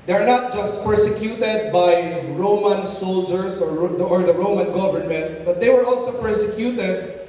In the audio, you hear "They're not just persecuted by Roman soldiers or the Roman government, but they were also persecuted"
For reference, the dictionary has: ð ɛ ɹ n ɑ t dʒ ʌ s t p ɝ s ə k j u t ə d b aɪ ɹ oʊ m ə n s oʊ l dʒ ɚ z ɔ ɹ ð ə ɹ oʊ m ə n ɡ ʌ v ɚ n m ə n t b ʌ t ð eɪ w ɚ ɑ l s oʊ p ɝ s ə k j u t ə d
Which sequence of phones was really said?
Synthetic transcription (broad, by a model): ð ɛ ɹ n ɑ t dʒ ʌ s t p ɝ s ə k j u t ə d b aɪ ɹ oʊ m ə n s oʊ l dʒ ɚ s ɔ ɹ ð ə ɹ oʊ m ə n ɡ ʌ v ɚ n m ə n t b ʌ t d eɪ w ɚ ɑ l s oʊ p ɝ s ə k j u t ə d